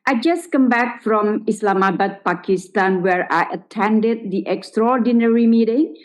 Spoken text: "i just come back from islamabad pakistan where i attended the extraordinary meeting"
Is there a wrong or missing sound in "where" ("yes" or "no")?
no